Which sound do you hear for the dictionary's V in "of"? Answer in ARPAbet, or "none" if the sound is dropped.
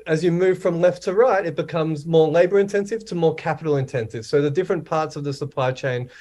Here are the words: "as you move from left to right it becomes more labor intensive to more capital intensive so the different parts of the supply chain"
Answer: V